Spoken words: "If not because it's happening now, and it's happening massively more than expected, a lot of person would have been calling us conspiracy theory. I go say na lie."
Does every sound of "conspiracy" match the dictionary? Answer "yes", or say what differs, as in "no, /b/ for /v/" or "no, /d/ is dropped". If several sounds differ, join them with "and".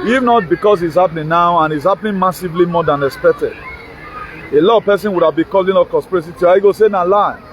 no, /n/ is dropped